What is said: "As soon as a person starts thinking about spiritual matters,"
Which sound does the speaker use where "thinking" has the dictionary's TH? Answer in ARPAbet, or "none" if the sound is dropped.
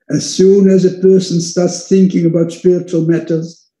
TH